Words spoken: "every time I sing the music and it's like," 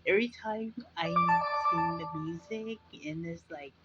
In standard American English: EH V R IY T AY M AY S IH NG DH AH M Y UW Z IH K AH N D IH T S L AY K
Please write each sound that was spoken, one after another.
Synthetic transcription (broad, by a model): EH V R IY T AY M AY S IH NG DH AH M Y UW Z IH K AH N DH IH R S L AY K